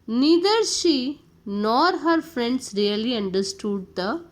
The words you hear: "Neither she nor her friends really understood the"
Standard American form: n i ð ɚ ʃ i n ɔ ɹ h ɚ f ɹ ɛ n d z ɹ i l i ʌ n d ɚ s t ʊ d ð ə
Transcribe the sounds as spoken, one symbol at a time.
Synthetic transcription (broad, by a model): n i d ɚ ʃ i n ɔ ɹ h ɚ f ɹ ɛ n d s ɹ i l i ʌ n d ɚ s t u d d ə